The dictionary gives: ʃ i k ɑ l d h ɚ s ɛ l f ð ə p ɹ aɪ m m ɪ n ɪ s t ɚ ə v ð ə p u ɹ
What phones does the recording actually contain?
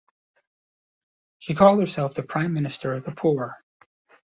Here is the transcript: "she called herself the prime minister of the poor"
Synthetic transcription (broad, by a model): ʃ i k ɑ l d h ɚ s ɛ l f ð ə p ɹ aɪ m m ɪ n ɪ s t ɚ ə v ð ə p u ɹ